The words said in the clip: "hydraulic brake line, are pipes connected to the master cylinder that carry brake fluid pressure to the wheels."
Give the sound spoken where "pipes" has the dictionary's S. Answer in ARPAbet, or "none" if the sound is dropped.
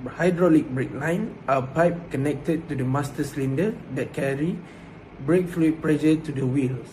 none